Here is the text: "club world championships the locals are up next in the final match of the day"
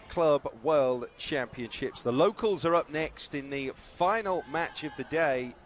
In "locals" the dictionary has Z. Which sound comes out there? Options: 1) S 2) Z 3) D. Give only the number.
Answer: 2